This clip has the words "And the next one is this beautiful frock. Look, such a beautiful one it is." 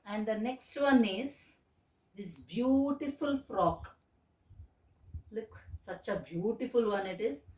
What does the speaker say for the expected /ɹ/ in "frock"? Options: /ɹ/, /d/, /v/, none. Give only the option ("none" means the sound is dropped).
/ɹ/